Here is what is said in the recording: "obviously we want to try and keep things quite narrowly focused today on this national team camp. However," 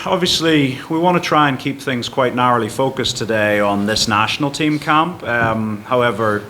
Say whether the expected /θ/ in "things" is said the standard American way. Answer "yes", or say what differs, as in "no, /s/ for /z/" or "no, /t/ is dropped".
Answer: yes